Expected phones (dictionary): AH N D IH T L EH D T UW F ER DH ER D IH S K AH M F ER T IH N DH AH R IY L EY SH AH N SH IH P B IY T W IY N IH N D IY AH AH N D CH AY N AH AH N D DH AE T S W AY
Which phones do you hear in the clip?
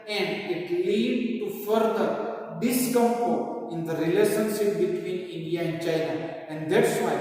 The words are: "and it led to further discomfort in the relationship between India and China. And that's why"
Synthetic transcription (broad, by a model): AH N D IH T L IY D T UW F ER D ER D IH S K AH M P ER IH N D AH R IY L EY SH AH N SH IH P B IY T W IY N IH N D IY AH AH N D CH AY N AH AH N D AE T S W AY